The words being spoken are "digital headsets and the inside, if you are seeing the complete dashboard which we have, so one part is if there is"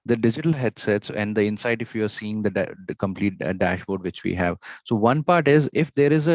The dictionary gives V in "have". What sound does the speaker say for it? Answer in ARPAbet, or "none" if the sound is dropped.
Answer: V